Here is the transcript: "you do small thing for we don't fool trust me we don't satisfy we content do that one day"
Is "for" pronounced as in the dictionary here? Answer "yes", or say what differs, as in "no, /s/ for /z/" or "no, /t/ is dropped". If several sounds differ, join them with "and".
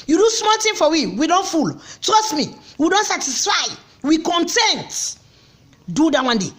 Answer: no, /w/ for /ɹ/